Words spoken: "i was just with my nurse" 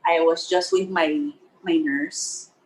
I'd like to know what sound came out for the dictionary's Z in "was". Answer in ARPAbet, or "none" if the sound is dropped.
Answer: Z